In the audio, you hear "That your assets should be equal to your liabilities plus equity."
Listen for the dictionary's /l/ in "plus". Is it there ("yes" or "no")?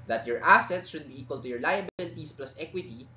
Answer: yes